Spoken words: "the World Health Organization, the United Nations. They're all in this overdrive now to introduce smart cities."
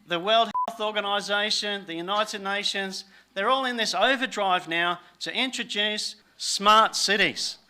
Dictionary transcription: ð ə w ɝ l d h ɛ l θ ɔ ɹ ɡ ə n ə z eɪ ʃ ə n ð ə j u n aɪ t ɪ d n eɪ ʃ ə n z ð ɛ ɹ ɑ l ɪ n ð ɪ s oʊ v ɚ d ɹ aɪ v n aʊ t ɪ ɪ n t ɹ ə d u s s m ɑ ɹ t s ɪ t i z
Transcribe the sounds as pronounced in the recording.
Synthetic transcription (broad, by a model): ð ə w ɝ l d h ɛ l θ ɔ ɹ ɡ ə n ə z eɪ ʃ ə n ð ə j u n aɪ t ɪ d n eɪ ʃ ə n z ð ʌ ɹ ɑ l ɪ n ð ɪ s oʊ v ɚ d ɹ aɪ v n aʊ t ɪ ɪ n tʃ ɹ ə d u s s m ɑ ɹ t s ɪ t i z